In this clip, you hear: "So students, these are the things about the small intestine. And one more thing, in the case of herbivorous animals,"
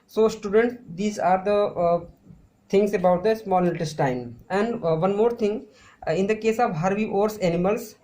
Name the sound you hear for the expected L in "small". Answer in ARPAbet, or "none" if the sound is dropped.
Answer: N